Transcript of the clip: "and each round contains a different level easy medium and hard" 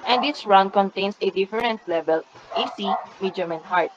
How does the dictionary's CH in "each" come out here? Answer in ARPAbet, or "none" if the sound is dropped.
S